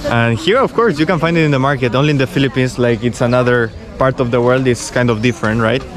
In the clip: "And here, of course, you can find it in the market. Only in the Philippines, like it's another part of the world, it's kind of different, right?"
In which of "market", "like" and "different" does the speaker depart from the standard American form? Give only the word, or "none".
none